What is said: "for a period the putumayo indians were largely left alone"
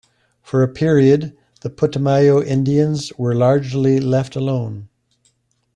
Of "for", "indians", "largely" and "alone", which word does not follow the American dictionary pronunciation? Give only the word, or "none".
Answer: none